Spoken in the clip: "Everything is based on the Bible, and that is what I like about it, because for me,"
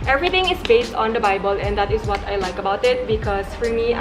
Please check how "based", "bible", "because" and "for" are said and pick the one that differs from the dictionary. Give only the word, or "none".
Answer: because